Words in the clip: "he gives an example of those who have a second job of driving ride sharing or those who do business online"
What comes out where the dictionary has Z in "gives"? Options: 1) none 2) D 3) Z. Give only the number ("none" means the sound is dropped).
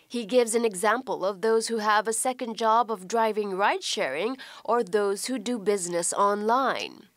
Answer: 3